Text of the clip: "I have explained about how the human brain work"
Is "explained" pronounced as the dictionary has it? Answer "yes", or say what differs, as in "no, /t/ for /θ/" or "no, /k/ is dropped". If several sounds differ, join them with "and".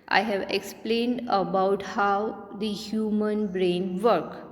yes